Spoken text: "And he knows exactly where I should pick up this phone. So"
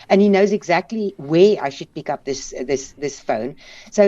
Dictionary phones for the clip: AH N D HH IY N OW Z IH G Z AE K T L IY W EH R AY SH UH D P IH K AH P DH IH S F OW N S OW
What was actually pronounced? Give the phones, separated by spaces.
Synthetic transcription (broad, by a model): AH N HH IY N OW Z IH G Z AE K T L IY W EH AY SH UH D P IH K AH P DH IH S F OW N S OW